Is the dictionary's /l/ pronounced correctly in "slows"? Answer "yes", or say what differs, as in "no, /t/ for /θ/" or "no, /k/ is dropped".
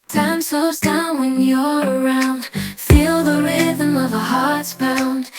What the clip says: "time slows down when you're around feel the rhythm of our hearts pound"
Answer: no, /l/ is dropped